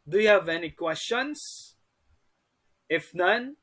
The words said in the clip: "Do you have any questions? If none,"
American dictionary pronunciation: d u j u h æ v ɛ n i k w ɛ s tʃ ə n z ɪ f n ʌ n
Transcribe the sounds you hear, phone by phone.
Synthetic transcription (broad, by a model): d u j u h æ v ɛ n i k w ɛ s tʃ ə n s ɪ f n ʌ n